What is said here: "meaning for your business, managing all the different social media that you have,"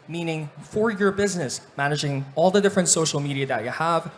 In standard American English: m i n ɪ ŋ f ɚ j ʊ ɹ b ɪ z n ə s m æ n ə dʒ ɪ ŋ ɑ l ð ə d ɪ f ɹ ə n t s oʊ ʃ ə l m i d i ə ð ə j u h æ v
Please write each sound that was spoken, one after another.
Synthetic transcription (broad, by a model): m i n ɪ ŋ f ɚ j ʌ ɹ b ɪ z n ə s m æ n ə dʒ ɪ ŋ ɑ l ð ə d ɪ f ɹ ə n t s oʊ ʃ l m i d i ə ð ə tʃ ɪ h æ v